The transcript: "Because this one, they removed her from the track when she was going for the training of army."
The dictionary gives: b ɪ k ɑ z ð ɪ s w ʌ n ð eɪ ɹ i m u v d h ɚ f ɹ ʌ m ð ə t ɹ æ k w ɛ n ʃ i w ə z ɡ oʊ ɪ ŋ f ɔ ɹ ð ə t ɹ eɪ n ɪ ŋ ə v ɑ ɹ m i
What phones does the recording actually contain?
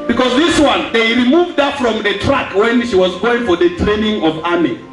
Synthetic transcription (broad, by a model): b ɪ k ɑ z ð ɪ s w ʌ n ð eɪ ɹ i m u v d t f ɹ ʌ m ð ə t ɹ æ k w ɛ n ʃ i w ə z ɡ oʊ ɪ ŋ f ɔ ɹ ð ə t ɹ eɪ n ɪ ŋ ə v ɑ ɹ m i